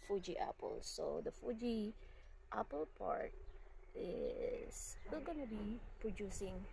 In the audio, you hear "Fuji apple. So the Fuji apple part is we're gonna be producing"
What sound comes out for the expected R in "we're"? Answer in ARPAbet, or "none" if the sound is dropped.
L